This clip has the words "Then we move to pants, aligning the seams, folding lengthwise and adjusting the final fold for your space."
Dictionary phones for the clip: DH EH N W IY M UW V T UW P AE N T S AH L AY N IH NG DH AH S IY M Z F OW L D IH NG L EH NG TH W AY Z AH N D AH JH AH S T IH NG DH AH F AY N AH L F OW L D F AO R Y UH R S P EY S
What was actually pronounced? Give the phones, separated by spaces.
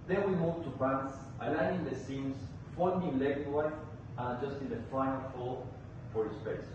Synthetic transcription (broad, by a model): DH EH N W IY M UW V T UW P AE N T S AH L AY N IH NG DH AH S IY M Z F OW N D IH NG L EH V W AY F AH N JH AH S T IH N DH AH F AY N AH L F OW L F AO R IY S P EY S